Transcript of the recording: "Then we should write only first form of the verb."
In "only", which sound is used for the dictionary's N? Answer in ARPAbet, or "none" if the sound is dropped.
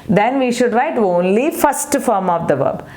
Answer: N